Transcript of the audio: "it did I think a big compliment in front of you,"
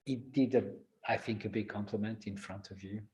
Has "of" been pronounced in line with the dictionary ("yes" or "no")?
yes